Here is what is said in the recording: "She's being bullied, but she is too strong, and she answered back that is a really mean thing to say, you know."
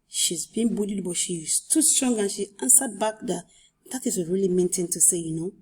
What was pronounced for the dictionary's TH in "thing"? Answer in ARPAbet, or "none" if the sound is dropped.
T